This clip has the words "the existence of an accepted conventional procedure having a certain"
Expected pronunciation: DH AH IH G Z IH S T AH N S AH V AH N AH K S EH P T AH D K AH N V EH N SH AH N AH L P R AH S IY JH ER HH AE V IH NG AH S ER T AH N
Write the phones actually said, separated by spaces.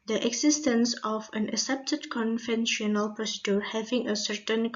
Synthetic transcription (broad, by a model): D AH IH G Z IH S T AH N S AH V AH N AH S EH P T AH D K AH N V EH N SH AH N AH L P R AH S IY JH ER HH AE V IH NG AH S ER T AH N